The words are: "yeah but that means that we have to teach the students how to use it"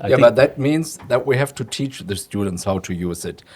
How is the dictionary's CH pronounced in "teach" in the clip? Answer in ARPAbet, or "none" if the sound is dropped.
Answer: CH